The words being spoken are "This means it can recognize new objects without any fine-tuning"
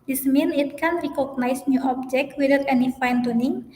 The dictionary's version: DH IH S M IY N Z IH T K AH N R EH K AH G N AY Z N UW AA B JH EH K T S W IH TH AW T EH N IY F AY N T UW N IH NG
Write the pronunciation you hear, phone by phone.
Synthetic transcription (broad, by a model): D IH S M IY N IH T K AH N R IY K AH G N AY S N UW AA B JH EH K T W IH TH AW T EH N IY F AY N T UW N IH NG